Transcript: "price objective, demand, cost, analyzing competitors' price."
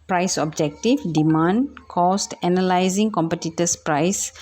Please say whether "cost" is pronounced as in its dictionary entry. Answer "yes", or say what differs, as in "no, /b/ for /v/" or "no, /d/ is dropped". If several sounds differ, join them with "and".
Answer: yes